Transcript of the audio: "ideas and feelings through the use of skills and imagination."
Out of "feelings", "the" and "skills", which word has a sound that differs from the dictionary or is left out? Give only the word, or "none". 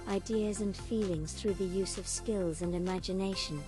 none